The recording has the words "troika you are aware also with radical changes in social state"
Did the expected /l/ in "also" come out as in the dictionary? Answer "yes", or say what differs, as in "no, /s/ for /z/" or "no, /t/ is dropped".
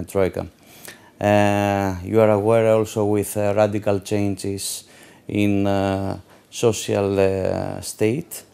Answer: yes